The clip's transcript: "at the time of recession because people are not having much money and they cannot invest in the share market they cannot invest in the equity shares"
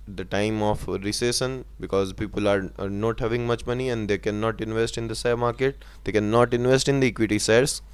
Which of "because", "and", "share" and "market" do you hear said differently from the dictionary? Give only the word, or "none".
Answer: share